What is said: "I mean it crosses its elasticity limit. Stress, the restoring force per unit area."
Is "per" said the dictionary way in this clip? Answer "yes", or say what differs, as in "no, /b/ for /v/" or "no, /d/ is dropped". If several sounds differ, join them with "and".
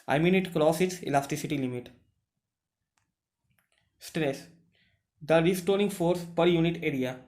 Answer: yes